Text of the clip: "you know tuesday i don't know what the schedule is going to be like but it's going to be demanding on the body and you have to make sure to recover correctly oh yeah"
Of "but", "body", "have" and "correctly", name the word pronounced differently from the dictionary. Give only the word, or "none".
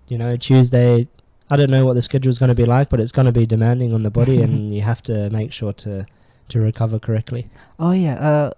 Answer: have